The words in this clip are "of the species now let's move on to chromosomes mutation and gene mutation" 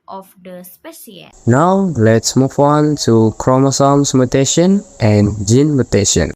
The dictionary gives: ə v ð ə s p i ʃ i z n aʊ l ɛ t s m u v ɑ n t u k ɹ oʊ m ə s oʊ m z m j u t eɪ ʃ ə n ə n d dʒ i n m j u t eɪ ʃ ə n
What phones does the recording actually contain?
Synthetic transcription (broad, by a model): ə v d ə s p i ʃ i n aʊ l ɛ t s m u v ɑ n t u k ɹ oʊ m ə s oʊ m s m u t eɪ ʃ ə n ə n dʒ i n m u t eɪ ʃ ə n